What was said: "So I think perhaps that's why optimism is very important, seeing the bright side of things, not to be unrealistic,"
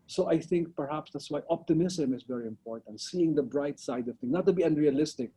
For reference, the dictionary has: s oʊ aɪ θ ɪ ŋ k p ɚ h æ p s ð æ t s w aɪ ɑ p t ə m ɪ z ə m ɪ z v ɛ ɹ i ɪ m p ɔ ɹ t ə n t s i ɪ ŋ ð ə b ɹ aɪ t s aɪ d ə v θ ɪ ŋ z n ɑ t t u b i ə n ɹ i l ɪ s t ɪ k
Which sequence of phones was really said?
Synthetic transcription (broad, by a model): s oʊ aɪ θ ɪ ŋ k p ɚ h æ p s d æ t s w aɪ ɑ p t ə m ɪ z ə m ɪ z v ɛ ɹ i ɪ m p ɔ ɹ t ə n t s i ɪ ŋ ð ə b ɹ aɪ t s aɪ d ə v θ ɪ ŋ n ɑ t t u b i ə n ɹ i l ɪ s t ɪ k